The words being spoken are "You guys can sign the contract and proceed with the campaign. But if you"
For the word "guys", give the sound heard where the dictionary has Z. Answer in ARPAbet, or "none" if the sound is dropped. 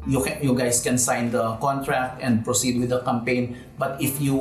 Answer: S